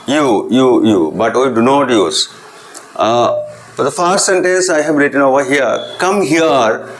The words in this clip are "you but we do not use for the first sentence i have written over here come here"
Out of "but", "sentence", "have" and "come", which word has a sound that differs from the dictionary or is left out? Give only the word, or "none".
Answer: have